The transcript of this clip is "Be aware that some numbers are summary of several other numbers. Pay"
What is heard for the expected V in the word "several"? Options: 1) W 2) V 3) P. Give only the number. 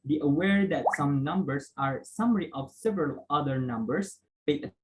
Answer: 2